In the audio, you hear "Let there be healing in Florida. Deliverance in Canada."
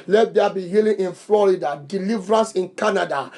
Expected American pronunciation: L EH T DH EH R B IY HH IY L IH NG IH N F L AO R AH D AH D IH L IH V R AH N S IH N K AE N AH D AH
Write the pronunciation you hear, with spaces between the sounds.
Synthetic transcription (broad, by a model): L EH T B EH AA B IY HH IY L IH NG IH N F L AO R AH D AH D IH L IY V R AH N S IH N K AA N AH D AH